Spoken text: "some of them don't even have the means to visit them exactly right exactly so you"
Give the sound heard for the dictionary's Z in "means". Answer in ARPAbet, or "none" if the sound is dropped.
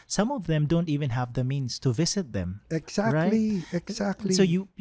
S